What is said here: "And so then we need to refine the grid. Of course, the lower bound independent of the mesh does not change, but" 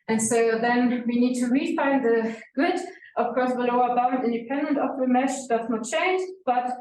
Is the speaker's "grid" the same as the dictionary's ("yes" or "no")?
no